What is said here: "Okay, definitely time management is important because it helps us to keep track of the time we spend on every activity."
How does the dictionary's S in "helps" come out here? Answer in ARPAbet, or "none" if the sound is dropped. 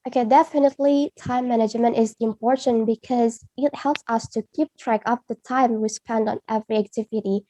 S